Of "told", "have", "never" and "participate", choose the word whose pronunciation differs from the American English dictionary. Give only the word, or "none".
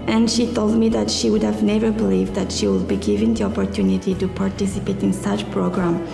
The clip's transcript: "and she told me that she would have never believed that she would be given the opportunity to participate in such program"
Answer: none